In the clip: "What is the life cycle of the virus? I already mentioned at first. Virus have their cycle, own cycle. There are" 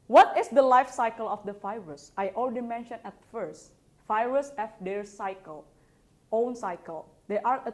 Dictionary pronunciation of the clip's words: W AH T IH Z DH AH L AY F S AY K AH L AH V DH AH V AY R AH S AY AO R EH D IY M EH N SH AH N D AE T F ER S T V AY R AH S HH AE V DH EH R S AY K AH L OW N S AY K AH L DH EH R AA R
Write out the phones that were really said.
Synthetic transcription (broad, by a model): W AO T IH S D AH L AY F S AY K AH L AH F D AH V AY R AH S AY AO L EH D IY M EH N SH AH N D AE T F ER S T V AY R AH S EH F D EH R S AY K AH L OW N S AY K AH L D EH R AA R